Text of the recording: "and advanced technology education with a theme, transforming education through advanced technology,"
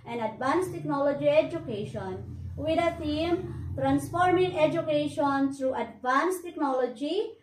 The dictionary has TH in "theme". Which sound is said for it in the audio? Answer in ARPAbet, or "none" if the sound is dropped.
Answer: T